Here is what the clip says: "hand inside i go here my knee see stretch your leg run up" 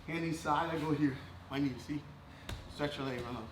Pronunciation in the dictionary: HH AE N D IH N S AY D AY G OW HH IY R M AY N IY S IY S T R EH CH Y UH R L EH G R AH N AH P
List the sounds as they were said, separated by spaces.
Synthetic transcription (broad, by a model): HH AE N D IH S AY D AY G OW HH IY R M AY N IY S IY S T R EH CH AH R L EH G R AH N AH